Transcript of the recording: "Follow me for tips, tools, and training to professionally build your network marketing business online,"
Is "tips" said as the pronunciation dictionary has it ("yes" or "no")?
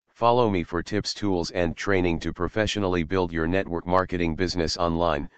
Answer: yes